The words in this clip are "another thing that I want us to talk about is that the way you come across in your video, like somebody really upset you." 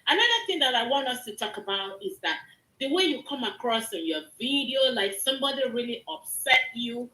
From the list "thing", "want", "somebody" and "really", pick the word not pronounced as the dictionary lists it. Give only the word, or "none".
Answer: none